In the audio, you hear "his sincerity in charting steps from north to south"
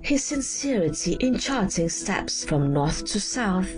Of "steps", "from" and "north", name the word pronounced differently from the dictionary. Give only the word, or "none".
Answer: none